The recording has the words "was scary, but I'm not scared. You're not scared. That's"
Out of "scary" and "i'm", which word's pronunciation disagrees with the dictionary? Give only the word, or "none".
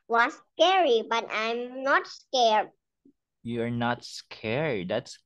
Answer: none